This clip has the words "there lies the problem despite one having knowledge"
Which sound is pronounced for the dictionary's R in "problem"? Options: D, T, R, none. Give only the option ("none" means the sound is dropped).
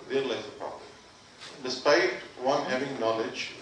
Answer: none